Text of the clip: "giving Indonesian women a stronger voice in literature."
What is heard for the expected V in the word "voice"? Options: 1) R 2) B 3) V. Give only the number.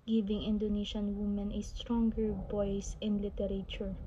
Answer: 2